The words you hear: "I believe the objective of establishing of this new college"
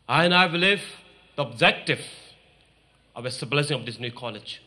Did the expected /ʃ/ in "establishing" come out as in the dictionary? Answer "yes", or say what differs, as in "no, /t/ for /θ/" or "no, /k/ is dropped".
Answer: no, /s/ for /ʃ/